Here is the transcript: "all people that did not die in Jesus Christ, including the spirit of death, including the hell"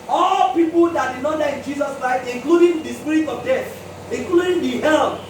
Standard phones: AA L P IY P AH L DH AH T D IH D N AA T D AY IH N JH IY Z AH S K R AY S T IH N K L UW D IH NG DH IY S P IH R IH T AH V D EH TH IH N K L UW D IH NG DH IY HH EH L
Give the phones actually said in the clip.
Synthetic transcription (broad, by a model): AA L P IY P AH L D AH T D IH N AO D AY IH N JH IY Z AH S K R AY T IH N K L UW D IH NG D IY S P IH R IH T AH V D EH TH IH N K L UW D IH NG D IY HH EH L